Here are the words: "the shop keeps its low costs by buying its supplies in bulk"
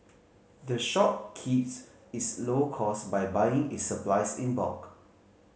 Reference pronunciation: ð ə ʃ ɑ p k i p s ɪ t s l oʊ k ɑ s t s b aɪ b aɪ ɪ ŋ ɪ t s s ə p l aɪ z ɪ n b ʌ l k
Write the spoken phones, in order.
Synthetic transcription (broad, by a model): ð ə ʃ ɑ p k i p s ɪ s l oʊ k ɑ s s b aɪ b aɪ ɪ ŋ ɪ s s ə p l aɪ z ɪ n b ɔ k